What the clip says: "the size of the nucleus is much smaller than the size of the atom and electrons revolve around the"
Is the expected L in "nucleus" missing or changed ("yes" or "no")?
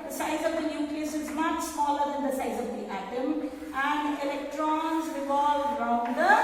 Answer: yes